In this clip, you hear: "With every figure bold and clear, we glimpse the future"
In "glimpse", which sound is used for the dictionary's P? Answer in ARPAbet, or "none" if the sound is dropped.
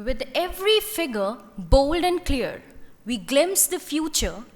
none